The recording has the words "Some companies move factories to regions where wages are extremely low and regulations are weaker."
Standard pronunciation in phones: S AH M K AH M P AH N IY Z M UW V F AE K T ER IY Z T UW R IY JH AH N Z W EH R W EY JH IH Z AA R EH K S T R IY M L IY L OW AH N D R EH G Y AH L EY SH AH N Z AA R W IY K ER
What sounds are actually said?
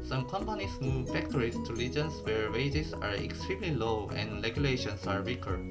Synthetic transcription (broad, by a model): S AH M K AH M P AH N IY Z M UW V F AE K T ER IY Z T UW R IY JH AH N S W EH R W EY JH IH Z AA R EH K S T R IY M L IY L OW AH N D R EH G Y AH L EY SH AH N S AA R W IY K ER